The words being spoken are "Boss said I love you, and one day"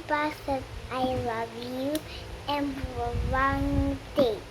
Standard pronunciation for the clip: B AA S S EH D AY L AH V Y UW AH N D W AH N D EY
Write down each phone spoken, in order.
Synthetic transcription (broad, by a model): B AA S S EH AY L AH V Y UW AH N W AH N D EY